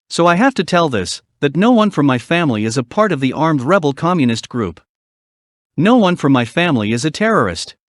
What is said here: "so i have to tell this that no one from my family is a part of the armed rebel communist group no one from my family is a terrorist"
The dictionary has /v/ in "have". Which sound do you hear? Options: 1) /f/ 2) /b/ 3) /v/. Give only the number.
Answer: 1